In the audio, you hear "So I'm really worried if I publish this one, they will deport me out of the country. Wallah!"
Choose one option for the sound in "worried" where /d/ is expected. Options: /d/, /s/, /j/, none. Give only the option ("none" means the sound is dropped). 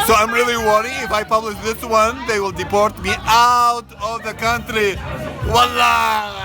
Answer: none